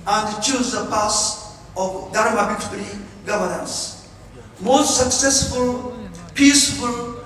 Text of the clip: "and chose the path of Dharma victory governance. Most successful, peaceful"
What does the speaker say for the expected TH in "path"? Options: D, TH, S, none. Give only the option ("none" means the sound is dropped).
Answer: S